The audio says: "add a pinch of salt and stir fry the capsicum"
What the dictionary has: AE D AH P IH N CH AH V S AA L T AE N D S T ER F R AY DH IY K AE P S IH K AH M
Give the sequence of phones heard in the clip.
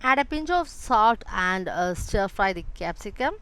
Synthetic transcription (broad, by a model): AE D AH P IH N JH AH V S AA T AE N D S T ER F R AY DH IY K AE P S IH K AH M